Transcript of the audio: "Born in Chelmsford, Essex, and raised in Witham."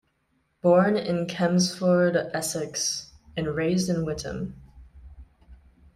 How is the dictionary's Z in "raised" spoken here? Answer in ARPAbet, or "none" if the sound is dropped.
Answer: Z